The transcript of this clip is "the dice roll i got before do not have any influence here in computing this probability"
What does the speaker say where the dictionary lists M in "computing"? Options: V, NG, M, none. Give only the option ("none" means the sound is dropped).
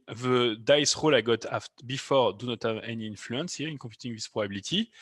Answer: none